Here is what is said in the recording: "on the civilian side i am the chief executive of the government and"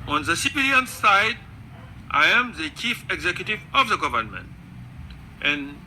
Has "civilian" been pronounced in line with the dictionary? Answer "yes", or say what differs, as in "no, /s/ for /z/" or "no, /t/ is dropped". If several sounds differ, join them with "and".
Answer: no, /p/ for /v/